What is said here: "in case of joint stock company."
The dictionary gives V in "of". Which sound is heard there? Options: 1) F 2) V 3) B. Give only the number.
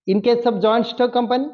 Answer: 3